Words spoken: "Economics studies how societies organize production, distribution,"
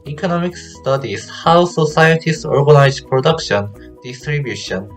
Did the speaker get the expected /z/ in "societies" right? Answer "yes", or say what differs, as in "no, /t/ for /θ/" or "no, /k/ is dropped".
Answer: no, /s/ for /z/